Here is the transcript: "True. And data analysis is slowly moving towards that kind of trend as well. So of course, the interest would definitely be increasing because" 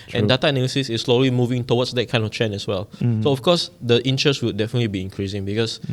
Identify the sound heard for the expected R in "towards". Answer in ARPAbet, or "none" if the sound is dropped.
W